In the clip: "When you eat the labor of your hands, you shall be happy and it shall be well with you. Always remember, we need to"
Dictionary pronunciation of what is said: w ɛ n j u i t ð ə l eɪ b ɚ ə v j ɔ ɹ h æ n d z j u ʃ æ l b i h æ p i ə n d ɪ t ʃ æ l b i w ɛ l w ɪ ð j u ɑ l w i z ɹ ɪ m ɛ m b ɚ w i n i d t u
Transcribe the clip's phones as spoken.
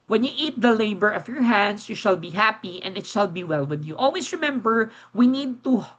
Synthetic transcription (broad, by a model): w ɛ n j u i t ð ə l eɪ b ɚ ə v j ɔ ɹ h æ n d s j u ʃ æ l b i h æ p i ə n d ɪ t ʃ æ l b i w ɛ l w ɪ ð j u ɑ l w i s ɹ ɪ m ɛ m b ɚ w i n i d t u